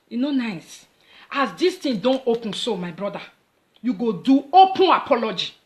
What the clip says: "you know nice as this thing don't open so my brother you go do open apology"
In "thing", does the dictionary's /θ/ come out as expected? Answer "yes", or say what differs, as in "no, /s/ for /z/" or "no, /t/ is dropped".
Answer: no, /t/ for /θ/